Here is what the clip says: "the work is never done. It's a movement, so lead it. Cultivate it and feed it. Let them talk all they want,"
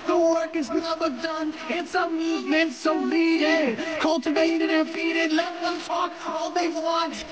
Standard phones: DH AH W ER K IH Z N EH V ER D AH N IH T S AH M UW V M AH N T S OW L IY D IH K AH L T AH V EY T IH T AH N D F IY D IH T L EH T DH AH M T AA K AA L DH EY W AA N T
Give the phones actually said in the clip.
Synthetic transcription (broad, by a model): DH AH W ER K IH Z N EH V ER D AH N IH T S AH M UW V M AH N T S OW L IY IH K AH L T AH V EY T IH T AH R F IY D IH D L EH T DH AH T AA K AA L DH EY W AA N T